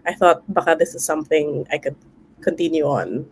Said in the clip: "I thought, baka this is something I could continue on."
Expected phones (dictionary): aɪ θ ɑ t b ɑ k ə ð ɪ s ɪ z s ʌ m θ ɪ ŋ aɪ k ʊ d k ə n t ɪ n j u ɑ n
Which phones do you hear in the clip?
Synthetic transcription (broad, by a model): aɪ θ ɑ t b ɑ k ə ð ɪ s ɪ z s ʌ m θ ɪ ŋ aɪ k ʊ d k ə n t ɪ n j u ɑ n